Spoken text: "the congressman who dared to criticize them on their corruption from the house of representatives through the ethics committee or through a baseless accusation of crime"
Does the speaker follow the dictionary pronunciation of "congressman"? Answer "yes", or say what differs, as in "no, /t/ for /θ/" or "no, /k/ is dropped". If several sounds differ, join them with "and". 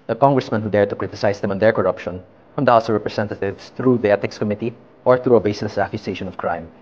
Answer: yes